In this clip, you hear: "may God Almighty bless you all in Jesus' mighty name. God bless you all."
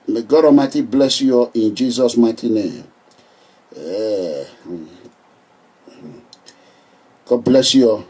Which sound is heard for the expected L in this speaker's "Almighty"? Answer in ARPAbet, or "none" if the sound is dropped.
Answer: none